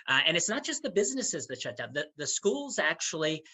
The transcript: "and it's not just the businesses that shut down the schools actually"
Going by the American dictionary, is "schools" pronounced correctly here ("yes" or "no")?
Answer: yes